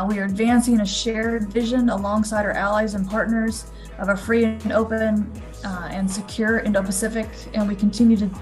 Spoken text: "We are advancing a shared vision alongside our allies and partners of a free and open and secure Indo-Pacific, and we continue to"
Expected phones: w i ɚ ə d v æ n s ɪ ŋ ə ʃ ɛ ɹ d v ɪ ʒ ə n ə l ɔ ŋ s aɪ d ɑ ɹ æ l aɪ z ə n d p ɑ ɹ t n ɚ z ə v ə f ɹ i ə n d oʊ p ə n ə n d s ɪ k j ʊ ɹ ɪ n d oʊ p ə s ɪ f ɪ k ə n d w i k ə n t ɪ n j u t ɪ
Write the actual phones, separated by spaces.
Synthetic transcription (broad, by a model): w i ɚ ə d v æ n s ɪ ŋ ə ʃ ɛ ɹ d v ɪ ʒ ə n ə l ɔ ŋ s aɪ d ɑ ɹ æ l aɪ z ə n p ɑ ɹ t n ɚ z ə v ə f ɹ i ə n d oʊ p ə n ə n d s ɪ k j ʊ ɹ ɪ n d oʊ p ə s ɪ f ɪ k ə n w i k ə n t ɪ n j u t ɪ